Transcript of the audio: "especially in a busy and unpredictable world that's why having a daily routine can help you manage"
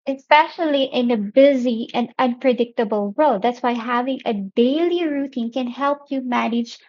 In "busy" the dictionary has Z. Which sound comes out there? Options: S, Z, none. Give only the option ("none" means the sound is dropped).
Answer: Z